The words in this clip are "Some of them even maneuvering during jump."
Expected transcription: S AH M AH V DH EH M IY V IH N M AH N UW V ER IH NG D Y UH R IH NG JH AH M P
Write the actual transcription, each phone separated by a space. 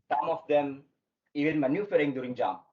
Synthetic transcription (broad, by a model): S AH M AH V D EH M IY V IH L M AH N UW F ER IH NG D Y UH R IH NG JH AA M